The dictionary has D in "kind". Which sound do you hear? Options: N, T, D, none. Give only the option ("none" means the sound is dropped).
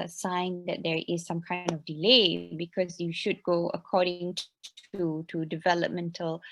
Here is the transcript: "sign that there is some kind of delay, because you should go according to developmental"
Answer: D